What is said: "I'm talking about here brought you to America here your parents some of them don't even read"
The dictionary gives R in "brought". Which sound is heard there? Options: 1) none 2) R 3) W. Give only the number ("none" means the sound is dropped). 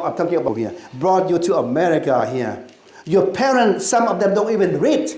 2